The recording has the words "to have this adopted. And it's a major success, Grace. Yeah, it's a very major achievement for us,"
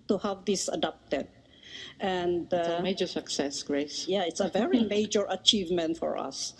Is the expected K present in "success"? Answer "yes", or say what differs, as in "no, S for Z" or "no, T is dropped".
yes